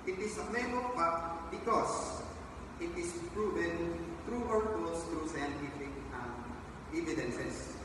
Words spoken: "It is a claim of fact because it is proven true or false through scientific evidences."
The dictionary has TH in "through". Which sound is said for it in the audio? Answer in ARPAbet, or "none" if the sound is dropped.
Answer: T